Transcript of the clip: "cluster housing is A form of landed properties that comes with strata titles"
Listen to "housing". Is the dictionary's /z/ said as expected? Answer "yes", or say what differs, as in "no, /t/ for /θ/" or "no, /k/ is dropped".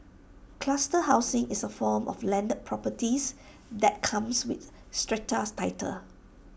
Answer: no, /s/ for /z/